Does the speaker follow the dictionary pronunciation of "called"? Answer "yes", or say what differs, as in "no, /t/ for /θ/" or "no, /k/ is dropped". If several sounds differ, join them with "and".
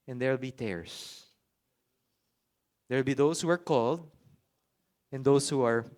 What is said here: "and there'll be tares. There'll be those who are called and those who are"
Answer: yes